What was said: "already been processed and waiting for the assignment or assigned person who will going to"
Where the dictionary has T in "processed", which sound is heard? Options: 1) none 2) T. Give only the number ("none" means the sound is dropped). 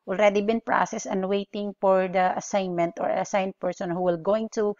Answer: 1